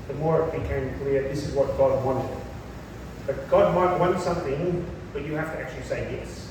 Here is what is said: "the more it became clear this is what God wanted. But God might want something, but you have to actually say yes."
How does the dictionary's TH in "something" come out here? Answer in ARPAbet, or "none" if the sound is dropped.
TH